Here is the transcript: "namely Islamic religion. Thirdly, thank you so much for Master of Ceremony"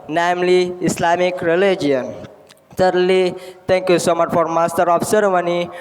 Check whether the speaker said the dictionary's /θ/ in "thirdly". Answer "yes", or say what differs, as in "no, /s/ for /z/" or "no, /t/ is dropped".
no, /s/ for /θ/